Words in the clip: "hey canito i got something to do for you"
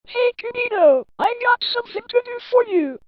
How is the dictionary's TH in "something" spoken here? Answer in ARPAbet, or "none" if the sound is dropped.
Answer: TH